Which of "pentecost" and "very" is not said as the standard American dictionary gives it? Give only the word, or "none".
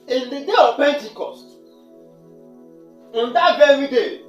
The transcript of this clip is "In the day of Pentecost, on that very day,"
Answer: none